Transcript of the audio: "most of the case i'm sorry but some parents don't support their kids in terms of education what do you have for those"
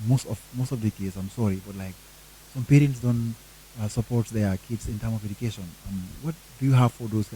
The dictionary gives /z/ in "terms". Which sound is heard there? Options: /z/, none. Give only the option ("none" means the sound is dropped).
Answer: none